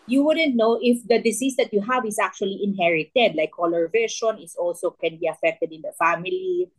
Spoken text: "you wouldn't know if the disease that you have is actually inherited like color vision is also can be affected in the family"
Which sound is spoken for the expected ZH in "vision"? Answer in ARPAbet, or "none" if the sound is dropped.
SH